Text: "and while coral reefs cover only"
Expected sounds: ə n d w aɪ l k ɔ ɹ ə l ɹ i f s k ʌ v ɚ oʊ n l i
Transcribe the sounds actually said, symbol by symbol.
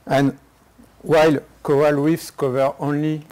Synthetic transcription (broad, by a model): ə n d w aɪ l k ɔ ə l w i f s k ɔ v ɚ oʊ n l i